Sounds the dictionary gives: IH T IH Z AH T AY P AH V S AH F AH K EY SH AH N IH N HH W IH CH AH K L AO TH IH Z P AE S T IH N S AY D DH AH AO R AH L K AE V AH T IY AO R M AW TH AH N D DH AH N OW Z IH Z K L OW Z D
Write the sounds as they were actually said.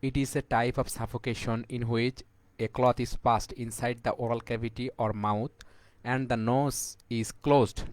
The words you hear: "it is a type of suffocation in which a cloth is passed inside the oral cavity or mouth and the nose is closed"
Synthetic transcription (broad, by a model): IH T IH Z AH T AY P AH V S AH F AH K EY SH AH N IH N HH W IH CH AH K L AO T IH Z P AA S T IH N S AY D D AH AO R AH L K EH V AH T IY AO R M AW T AH N D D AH N OW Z IH Z K L OW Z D